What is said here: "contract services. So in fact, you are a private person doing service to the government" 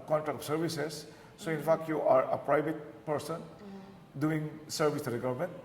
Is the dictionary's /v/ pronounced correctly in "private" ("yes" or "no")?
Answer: no